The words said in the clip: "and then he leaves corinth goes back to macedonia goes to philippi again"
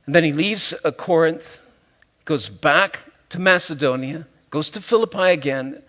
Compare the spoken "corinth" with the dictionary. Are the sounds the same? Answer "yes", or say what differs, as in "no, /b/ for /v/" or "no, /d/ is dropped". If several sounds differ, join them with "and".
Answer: yes